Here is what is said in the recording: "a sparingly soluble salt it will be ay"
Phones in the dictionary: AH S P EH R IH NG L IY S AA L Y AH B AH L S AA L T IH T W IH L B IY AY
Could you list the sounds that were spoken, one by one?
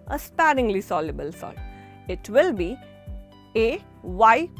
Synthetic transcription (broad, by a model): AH S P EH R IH NG L IY S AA L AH B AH L S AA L IH T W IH L B IY AY